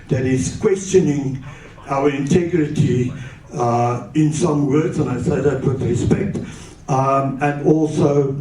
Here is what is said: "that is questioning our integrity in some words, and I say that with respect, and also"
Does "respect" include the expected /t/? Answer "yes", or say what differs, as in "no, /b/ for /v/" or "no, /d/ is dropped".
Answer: yes